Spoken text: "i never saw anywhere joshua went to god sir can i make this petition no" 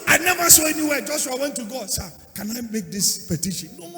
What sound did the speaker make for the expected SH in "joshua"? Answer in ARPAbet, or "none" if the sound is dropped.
S